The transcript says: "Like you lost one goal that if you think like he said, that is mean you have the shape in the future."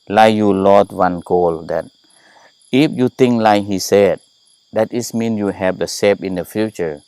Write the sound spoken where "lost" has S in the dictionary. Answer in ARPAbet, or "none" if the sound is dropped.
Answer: none